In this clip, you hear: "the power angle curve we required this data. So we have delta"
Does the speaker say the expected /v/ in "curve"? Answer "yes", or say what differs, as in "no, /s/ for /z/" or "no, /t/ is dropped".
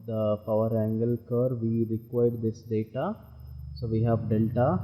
yes